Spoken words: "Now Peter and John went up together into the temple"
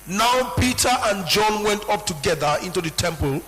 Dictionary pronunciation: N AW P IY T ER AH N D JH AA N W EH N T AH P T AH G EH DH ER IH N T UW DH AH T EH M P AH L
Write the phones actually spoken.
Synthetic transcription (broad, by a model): N AW P IY T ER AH N JH AA N W EH N T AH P T AH G EH DH ER IH N T UW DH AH T EH M P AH L